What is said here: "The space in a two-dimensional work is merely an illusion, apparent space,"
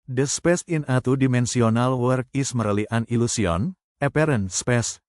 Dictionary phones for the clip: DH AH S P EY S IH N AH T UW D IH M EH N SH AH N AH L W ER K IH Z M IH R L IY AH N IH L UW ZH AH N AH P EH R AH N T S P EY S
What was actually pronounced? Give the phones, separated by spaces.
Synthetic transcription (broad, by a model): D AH S P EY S IH N AH T UW D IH M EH N S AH N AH L W ER K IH S M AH R L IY AH N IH L UW S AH N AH P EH R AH N S P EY S